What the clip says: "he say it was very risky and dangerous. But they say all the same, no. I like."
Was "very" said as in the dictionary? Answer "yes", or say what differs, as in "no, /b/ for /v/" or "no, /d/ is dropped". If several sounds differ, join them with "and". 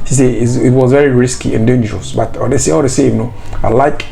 yes